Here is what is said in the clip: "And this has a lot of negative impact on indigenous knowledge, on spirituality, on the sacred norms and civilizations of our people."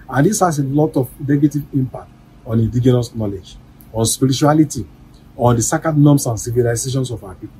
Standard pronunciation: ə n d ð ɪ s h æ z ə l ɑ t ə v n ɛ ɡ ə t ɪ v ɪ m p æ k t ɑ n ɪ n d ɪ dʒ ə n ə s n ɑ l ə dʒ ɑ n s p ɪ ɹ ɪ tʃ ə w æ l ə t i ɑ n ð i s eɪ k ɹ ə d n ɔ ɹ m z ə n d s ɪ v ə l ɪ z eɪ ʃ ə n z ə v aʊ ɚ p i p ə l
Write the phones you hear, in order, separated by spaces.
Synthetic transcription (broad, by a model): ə n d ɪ s h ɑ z ə l ɑ t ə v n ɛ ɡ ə t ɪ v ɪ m p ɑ k t ɑ n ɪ n d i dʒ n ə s n ɑ l ə dʒ ɑ n s p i ɹ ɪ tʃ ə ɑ l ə t i ɑ n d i s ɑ k ə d n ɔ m s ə n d s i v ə l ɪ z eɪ ʃ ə n s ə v aʊ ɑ p i p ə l